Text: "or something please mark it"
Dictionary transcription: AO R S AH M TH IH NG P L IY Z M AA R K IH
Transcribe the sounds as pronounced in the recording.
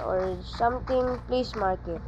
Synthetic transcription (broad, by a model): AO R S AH M T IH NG P L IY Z M AA R K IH